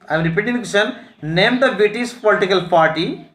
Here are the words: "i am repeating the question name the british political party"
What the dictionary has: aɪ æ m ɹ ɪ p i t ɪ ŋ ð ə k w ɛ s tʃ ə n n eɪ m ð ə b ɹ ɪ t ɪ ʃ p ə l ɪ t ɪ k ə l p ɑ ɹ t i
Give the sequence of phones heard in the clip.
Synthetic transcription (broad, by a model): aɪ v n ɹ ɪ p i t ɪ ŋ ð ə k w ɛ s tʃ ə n n eɪ m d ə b ɪ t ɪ s p ə l ɪ t ɪ k ə l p ɑ ɹ t i